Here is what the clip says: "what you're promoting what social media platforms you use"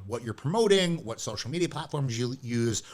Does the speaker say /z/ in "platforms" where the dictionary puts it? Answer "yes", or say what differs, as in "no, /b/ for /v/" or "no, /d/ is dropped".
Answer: yes